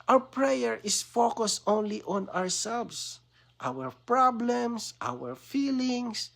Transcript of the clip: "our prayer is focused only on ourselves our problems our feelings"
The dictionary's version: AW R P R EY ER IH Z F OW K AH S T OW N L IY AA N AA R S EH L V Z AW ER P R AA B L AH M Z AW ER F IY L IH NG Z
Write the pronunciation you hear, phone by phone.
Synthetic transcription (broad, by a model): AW R P R EY ER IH S F OW K AH S T OW N L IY AA N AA R S EH L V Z AW ER P R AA B L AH M S AW ER F IY L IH NG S